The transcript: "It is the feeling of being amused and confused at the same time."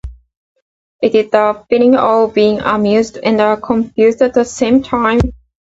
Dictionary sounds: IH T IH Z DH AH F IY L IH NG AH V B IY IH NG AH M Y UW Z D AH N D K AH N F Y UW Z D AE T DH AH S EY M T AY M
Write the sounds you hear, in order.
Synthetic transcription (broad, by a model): IH T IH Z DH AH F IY N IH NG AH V B IY IH NG AH M Y UW Z D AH N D K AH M F Y UW Z D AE T DH AH S EY M T AY M